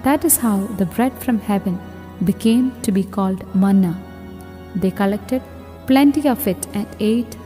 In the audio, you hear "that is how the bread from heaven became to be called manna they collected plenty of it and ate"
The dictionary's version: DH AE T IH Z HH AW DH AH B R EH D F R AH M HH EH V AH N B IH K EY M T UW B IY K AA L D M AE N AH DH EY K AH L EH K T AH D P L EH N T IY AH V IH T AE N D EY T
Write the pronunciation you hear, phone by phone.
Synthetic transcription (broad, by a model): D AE T IH Z HH AW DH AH B R EH D F R AH M HH EH V AH N B IH K EY M T UW B IY K AA L D M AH N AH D EY K AH L EH K T AH D P L EH N T IY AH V IH T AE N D EY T